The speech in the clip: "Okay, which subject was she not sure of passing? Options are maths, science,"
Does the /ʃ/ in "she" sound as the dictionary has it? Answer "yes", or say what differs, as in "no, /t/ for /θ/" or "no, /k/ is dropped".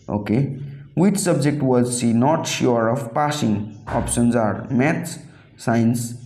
no, /s/ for /ʃ/